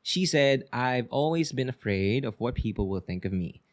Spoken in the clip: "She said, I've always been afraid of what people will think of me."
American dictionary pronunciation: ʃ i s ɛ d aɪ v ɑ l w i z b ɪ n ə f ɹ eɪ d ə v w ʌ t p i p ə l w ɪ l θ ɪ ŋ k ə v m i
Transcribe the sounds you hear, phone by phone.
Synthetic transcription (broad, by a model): ʃ i s ɛ d aɪ v ɑ l w i z b ɪ n ə f ɹ eɪ d ə v w ʌ t p i p l w ɪ l θ ɪ ŋ k ə v m i